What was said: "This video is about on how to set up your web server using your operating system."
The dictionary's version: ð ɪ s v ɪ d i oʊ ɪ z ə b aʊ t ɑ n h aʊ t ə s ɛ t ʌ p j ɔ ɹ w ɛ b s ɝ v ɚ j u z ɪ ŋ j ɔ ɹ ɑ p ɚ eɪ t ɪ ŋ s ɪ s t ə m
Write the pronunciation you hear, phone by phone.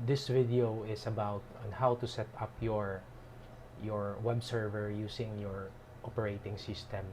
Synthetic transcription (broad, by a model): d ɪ s v ɪ d i oʊ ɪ s ə b aʊ t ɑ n h aʊ t ə s ɛ t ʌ p j ɔ ɹ w ɛ b s ɝ v ɚ j u s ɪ ŋ j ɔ ɹ ɑ p ɚ eɪ t ɪ ŋ s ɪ s t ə m